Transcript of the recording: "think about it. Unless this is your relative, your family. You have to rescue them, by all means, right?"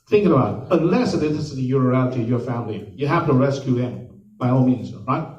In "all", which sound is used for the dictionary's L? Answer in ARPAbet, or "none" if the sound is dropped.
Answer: N